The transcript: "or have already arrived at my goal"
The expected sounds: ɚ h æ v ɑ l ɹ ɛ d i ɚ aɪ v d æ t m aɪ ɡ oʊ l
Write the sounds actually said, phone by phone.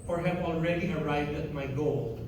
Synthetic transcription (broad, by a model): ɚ h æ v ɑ l ɹ ɛ d i ɚ aɪ v d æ t m aɪ ɡ oʊ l